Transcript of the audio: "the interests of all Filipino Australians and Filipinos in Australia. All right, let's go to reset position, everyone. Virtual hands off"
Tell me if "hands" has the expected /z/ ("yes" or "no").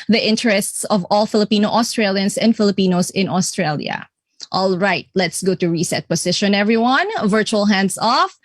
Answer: no